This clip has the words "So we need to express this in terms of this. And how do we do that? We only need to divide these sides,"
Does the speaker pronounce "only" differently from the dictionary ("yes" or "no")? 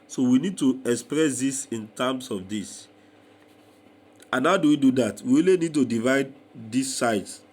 yes